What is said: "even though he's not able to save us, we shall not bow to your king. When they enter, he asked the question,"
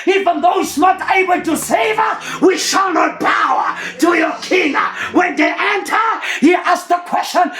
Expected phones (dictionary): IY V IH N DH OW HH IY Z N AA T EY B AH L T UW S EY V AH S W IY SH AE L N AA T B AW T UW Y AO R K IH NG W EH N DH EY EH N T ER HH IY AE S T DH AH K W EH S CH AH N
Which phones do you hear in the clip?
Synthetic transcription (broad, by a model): IY V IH N DH OW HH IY S N AA T EY B AH L T UW S EY V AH W IY SH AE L N AA T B AW T UW Y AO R K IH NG W EH N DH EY EH N T ER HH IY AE S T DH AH K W EH S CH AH N